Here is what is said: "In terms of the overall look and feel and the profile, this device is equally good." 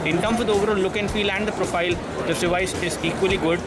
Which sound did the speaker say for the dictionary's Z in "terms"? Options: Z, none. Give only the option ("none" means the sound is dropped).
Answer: none